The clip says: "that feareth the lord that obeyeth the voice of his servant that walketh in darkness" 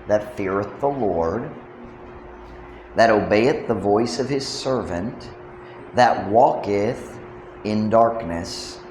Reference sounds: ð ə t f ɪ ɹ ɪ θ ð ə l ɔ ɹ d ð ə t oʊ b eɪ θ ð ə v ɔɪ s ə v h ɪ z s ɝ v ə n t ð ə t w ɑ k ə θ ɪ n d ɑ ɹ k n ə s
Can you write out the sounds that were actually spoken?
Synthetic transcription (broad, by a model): ð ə t f ɪ ɹ ɪ θ ð ə l ɔ ɹ d ð ə t oʊ b eɪ θ ð ə v ɔɪ s ə v ɪ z s ɝ v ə n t ð ə t w ɑ k ə θ ɪ n d ɑ ɹ k n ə s